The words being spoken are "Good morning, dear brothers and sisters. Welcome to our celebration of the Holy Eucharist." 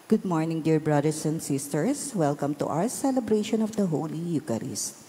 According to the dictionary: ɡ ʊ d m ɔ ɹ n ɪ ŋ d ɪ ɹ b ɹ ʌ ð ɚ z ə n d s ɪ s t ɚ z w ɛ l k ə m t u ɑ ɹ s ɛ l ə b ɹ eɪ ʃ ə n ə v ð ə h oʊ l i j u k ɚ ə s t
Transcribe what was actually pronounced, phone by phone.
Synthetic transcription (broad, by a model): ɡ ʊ d m ɔ ɹ n ɪ ŋ d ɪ ɹ b ɹ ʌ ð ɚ s ə n d s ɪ s t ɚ s w ɛ l k ə m t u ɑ w s ɛ l ə b ɹ eɪ ʃ ə n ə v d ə h oʊ l i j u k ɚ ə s